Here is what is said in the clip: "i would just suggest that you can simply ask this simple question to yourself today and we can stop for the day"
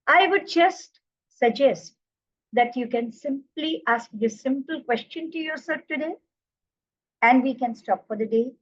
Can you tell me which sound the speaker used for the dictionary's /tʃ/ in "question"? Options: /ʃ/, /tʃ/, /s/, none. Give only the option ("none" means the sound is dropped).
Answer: /tʃ/